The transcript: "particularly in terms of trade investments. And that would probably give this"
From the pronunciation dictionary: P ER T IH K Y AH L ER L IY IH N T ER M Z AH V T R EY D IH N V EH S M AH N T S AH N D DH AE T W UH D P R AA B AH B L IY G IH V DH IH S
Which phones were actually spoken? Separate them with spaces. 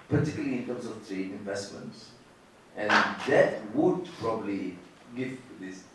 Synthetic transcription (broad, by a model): P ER T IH K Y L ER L IY IH N T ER M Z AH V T R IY IH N V EH S M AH N T S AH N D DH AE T W UH D P R AA B AH B L IY G IH V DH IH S